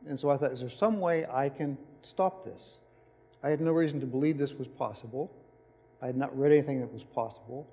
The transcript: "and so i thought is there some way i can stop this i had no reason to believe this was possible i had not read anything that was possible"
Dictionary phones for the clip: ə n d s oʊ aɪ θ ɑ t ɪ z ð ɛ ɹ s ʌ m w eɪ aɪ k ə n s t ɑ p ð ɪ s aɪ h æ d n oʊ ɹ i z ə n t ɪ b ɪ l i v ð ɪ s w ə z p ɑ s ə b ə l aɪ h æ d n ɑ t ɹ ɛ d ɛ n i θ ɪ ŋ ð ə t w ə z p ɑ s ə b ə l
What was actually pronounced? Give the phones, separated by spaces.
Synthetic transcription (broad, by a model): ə n s oʊ aɪ θ ɑ t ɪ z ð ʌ ɹ s ʌ m w eɪ aɪ k ə n s t ɑ p ð ɪ s aɪ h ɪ d n oʊ ɹ i z n t ɪ b ɪ l i v ð ɪ s w ə z p ɑ s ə b l aɪ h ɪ d n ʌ t ɹ ɛ d ɛ n i θ ɪ ŋ ð ə t w ə z p ɑ s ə b l